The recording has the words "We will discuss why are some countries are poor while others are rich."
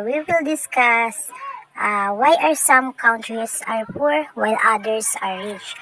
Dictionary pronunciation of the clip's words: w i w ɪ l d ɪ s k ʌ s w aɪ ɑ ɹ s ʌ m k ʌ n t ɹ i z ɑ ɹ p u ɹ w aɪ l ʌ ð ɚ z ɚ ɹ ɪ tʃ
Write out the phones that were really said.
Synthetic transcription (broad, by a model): w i w ɪ l d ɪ s k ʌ s w aɪ ɑ ɹ s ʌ m k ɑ n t ɹ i s ɑ ɹ p u ɹ w aɪ l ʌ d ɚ s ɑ ɹ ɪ tʃ